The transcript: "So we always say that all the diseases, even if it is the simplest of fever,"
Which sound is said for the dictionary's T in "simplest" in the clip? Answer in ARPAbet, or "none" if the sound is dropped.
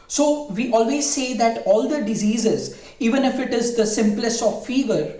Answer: T